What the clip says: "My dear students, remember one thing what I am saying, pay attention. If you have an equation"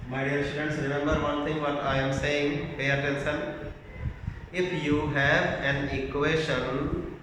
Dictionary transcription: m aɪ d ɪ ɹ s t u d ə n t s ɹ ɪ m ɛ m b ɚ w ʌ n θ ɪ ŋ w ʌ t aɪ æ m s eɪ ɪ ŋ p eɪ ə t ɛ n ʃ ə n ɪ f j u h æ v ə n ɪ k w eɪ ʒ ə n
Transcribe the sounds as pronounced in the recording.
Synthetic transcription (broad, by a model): m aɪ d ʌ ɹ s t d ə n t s ɹ ɪ m ɛ m b ɚ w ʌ n t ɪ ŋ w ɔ t aɪ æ m s eɪ ɪ ŋ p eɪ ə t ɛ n s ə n ɪ f j u h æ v ə n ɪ k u eɪ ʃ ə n